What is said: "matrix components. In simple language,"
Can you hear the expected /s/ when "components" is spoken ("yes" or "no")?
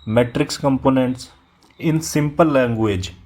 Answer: yes